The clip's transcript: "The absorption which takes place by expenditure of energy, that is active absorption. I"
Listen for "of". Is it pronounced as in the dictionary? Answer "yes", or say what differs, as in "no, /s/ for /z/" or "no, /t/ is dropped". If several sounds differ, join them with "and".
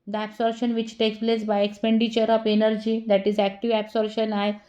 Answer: no, /p/ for /v/